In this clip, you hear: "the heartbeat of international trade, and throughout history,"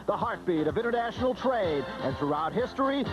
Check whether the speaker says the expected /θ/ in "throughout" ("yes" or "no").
yes